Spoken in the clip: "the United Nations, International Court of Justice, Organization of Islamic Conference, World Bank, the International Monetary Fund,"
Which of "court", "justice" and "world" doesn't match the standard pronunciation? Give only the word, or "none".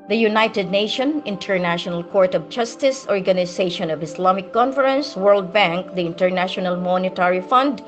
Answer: none